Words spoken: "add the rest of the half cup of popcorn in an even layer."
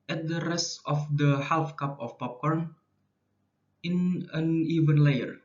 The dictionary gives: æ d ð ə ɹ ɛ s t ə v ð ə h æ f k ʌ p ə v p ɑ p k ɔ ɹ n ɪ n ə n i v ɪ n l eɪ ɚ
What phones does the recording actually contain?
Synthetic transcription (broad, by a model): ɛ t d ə ɹ ɛ s t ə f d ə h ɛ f k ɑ p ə f p ɑ p k ɔ ɹ n ɪ n ə n i v ɪ n l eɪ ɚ